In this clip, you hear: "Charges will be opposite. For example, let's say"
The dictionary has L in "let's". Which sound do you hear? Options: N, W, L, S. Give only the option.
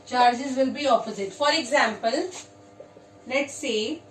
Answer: N